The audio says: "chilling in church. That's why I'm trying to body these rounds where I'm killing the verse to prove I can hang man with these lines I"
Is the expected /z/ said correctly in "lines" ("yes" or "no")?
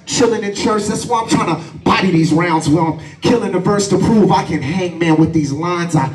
yes